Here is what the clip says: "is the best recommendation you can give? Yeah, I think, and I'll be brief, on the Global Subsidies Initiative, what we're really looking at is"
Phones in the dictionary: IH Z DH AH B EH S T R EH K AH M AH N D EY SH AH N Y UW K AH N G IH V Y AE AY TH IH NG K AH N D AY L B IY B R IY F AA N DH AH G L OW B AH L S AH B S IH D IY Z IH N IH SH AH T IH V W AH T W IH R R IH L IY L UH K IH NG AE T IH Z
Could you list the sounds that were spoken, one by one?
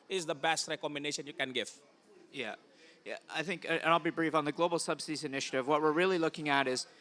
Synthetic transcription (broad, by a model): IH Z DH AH B EH S T R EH K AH M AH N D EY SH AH N Y UW K AH N G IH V Y AE AY TH IH NG K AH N AY L B IY B R IY F N DH AH G L OW B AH L S AH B S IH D IY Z IH N IH SH AH T IH V W AH T W IH R R IH L IY L UH K IH NG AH T IH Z